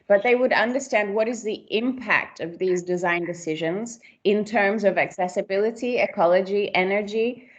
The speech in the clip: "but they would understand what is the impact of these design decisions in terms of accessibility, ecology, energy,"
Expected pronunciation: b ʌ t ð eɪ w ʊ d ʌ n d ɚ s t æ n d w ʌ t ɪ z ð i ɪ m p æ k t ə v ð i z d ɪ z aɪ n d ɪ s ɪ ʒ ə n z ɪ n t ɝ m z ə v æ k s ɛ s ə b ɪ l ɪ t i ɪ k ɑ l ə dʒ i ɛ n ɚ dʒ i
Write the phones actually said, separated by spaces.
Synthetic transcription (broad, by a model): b ʌ t ð eɪ w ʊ d ʌ n d ɚ s t æ n d w ʌ t ɪ z ð i ɪ m p æ k t ə v ð i z d ɪ z aɪ n d ɪ s ɪ ʒ ə n z ɪ n t ɝ m z ə v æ k s ɛ s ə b ɪ l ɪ t i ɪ k ɑ l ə dʒ i ɛ n ɚ dʒ i